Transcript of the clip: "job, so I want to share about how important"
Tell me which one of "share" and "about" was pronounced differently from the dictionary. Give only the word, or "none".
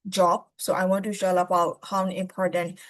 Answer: share